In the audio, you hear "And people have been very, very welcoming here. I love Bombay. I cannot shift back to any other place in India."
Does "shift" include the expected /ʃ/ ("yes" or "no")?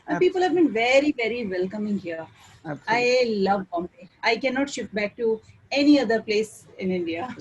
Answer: yes